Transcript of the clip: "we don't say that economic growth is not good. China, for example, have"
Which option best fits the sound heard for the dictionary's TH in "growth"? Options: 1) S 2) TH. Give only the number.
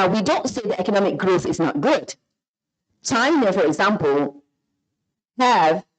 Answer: 2